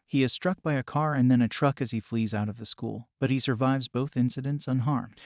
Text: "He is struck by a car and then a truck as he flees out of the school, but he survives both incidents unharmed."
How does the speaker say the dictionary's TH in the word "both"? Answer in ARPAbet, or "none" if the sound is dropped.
TH